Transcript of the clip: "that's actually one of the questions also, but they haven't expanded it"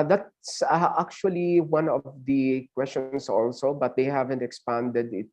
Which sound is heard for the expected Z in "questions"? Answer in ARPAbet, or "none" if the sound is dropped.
S